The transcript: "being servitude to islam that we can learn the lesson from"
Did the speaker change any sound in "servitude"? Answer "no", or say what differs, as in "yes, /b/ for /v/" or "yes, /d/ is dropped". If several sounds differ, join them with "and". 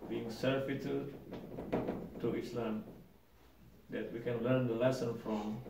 yes, /f/ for /v/